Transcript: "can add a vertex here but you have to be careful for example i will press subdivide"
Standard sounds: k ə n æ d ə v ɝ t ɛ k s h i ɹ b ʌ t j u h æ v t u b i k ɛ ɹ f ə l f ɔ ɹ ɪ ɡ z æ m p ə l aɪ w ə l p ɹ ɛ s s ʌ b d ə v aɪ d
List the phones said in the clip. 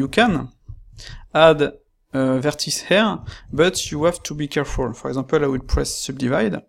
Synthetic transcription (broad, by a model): k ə n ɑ d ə v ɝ t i s h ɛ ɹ b ʌ t j u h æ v t u b i k ɛ ɹ f ə l f ɔ ɹ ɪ ɡ z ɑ p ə l aɪ w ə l p ɹ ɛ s s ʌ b d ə v aɪ d